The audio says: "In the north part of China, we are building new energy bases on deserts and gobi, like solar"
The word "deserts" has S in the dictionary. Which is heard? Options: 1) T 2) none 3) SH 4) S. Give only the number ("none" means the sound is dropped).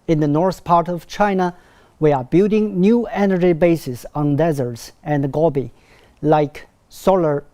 4